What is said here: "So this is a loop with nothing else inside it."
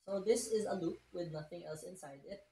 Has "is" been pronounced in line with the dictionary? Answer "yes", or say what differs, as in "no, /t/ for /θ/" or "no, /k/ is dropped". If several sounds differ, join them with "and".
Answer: yes